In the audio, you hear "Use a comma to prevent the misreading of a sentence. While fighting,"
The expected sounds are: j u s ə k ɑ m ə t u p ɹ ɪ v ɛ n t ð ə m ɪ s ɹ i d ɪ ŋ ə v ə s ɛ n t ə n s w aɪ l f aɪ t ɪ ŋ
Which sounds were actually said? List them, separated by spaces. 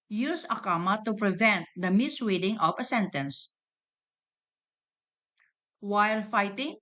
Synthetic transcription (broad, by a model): j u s ə k ɑ m ə t u p ɹ ɪ v ɛ n t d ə m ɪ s w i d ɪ ŋ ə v ə s ɛ n t ə n s w aɪ l f aɪ t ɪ ŋ